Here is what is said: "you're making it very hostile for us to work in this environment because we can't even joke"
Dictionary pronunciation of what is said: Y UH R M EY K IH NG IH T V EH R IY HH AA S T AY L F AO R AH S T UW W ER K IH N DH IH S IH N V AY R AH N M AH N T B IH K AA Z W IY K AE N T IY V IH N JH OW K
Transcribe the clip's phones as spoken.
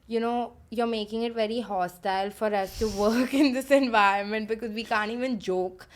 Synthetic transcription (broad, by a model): Y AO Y M EY K IH NG IH T V EH R IY HH AA S T AY L F AO R AH S T UW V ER K IH N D IH S IH N V AY R AH N M AH N T B IH K AA Z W IY K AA N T IY V IH N JH OW K